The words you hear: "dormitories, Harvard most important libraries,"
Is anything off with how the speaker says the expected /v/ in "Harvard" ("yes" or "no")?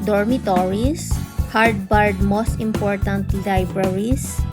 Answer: yes